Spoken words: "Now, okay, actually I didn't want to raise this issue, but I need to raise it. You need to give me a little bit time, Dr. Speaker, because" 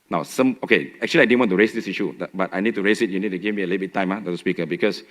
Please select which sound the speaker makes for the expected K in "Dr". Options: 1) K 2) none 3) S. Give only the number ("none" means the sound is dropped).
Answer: 2